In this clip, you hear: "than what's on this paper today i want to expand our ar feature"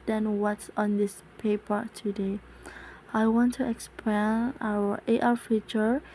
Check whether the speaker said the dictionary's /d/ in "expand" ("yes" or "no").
no